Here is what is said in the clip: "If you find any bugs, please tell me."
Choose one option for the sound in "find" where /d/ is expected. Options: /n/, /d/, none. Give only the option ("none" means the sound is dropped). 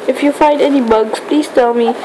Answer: /d/